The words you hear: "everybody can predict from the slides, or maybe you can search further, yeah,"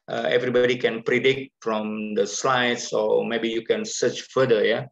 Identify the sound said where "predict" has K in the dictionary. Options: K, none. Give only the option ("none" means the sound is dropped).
K